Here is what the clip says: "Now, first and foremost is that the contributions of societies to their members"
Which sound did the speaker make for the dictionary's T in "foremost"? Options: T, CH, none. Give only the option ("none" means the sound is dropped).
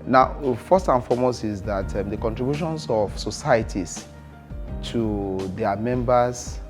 none